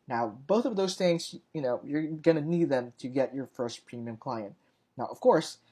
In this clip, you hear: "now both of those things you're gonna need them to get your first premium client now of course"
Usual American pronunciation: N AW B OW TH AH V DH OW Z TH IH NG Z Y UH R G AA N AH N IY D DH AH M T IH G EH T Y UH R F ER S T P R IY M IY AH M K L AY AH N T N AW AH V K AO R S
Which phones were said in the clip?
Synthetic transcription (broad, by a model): N AW B OW TH AH V DH OW Z TH IH NG Z Y UH R G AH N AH N IY D DH AH M T IH G EH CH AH R F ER S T P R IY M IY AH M K L AY AH N T N AW AH V K AO R S